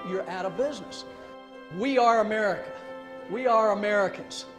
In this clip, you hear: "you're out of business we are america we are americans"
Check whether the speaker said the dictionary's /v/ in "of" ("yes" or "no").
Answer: yes